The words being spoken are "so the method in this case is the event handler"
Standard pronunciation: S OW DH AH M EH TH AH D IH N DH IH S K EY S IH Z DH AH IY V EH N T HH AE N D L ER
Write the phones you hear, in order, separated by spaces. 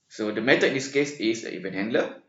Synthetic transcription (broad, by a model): S OW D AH M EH T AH IH N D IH S K EY S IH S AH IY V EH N HH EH N D L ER